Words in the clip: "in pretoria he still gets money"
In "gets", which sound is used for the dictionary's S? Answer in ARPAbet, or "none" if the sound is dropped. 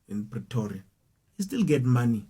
none